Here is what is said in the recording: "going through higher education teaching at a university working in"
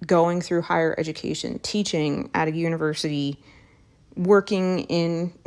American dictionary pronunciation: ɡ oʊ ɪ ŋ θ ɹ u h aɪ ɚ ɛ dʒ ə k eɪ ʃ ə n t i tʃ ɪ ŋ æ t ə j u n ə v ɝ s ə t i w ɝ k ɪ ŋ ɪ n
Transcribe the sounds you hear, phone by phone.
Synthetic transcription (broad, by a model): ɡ oʊ ɪ ŋ θ ɹ u h aɪ ɚ ɛ dʒ ə k eɪ ʃ ə n t i tʃ ɪ ŋ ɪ t ə j u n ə v ɝ s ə t i w ɝ k ɪ ŋ ɪ n